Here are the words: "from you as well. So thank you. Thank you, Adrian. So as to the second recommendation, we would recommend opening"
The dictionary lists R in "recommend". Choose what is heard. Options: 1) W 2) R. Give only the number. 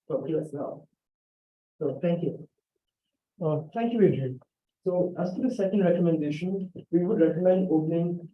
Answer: 2